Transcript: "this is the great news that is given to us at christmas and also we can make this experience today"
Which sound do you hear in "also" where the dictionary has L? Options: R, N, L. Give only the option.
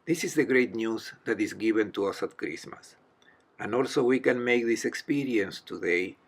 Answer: L